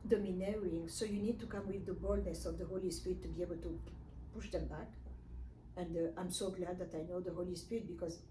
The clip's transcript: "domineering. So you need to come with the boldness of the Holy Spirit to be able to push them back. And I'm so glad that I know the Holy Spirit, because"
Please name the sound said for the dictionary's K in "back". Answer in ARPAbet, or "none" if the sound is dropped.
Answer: K